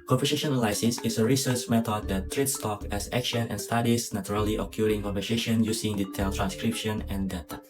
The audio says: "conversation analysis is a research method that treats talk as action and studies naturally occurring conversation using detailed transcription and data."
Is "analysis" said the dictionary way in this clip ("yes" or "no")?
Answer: no